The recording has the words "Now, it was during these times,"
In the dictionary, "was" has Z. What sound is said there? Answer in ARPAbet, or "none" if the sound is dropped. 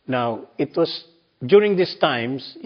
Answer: S